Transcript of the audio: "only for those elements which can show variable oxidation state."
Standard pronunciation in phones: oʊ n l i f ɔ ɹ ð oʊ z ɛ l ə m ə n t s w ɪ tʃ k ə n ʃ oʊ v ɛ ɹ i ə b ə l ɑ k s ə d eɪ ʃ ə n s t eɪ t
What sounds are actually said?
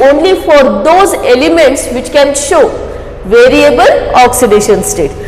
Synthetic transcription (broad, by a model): oʊ n l i f ɔ ɹ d oʊ z ɛ l ə m ə n t s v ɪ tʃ k ə n ʃ oʊ v ɛ ɹ i ə b ə l ɑ k s ə d eɪ ʃ ə n s t eɪ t